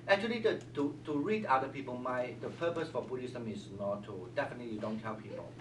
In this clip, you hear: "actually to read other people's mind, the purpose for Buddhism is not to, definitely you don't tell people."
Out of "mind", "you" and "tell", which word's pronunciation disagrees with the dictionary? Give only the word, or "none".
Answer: mind